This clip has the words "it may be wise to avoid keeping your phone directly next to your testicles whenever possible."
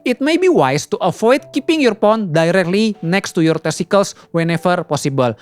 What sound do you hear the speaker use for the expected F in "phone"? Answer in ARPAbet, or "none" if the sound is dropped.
P